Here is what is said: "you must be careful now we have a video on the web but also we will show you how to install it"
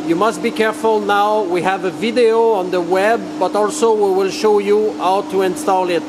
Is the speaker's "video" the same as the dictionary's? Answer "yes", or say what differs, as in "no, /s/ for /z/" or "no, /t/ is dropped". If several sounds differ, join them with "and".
yes